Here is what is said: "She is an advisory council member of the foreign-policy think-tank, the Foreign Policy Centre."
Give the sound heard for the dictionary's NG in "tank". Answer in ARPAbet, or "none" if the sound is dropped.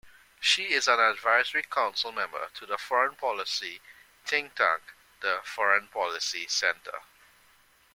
none